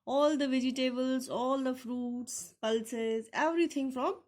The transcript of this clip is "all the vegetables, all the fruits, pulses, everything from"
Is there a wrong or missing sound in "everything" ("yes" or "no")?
yes